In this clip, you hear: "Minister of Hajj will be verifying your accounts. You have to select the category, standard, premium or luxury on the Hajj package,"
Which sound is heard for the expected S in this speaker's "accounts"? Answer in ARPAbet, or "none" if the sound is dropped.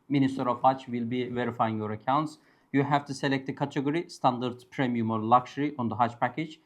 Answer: S